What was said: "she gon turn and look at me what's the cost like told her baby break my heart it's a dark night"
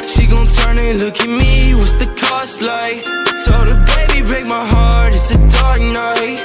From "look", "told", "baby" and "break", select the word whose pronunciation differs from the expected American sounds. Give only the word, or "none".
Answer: told